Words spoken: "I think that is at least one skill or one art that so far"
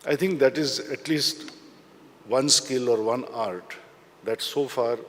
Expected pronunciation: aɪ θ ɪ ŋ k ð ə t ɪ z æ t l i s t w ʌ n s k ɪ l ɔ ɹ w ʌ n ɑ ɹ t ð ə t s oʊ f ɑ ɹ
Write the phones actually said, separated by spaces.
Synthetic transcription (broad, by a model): aɪ t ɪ ŋ k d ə t ɪ z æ t l i s t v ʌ n s k ɪ l ɔ ɹ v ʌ n ɑ ɹ t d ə t s oʊ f ɑ ɹ